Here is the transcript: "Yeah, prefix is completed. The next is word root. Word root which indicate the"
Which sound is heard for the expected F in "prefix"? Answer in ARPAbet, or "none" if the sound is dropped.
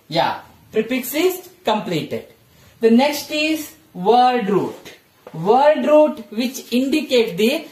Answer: P